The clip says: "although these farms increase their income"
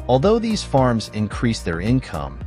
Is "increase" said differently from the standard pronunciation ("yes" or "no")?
no